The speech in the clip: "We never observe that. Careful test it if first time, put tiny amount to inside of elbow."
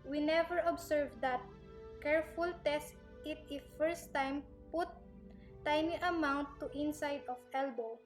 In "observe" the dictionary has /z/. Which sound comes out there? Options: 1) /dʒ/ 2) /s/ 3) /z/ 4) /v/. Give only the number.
2